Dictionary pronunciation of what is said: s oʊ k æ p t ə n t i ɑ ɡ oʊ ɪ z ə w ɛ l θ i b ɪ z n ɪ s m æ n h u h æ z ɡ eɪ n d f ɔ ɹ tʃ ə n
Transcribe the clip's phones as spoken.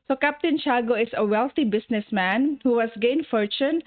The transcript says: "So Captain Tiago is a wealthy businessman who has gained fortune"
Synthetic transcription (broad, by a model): s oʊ k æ p t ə n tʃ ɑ ɡ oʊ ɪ s ə w ɛ l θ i b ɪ s n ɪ s m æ n h u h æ s ɡ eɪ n f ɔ ɹ tʃ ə n